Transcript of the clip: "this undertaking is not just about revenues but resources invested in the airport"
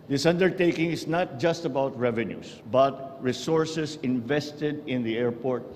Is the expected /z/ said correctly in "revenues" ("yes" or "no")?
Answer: no